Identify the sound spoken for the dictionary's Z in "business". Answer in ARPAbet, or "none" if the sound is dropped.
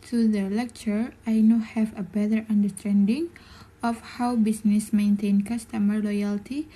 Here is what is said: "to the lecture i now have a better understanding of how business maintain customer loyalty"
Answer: S